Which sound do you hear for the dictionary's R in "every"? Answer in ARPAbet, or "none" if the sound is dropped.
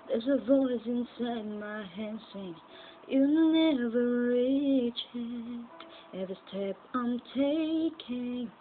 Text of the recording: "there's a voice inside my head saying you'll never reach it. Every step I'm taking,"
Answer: none